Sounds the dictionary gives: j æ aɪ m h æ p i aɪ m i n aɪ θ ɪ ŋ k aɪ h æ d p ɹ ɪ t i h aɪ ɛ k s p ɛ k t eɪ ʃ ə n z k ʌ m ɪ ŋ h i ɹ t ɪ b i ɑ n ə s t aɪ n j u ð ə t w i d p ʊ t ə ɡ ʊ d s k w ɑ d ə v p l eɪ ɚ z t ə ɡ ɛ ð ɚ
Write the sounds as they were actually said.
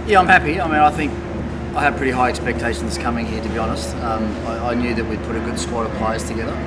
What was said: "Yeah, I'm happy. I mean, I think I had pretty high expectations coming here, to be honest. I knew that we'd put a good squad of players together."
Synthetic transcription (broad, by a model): j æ aɪ m h æ p i aɪ m i n aɪ θ ɪ ŋ k aɪ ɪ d p ɹ ɪ t i h aɪ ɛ k s p ɛ k t eɪ ʃ n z k ʌ m ɪ ŋ h i ɹ t ɪ b i ɑ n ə s t aɪ n j u ð ə t w i d p ʊ t ə ɡ ʊ d s k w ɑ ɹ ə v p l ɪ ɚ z t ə ɡ ɛ ð ɚ